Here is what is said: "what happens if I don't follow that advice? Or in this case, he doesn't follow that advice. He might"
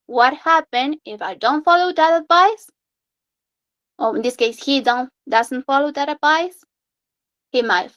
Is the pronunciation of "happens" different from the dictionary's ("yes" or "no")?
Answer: yes